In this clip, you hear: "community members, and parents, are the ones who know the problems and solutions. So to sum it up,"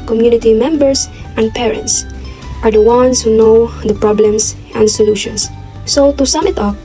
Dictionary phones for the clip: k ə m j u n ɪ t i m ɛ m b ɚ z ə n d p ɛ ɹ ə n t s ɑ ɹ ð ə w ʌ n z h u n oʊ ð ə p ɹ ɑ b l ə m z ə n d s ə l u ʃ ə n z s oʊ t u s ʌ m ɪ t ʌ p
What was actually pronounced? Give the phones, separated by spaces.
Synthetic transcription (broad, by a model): k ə m j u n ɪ t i m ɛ m b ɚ s ə n d p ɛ ɹ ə n t s ɑ ɹ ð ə w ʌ n s h u n oʊ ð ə p ɹ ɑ b l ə m s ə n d s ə l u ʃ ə n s s oʊ t u s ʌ m ɪ t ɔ